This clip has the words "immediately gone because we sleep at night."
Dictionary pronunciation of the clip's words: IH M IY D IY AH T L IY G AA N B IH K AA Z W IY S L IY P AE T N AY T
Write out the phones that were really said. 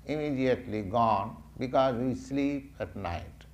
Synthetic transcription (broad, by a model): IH M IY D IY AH T L IY G AA N B IH K AA Z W IY S L IY P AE T N AY T